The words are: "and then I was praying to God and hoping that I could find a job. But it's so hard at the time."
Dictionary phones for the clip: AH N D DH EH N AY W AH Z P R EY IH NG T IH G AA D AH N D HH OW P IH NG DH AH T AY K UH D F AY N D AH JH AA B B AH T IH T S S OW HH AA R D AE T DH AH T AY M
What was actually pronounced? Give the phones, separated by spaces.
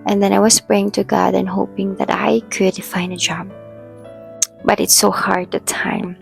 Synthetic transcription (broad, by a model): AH N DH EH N AY W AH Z P R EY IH NG T IH G AA D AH N HH OW P IH NG DH AH T AY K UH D F AY N AH JH AA B B AH T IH T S S OW HH AA R D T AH T AY M